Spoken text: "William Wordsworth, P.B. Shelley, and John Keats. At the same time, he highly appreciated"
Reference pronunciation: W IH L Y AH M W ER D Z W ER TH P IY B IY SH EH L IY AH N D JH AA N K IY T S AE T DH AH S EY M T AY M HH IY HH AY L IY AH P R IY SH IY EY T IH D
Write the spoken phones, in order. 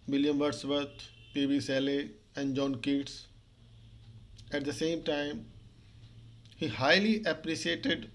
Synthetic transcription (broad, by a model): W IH L Y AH M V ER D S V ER T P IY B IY S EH L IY AH N D JH AA N K IY T S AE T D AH S EY M T AY M HH IY HH AY L IY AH P R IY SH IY EY T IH D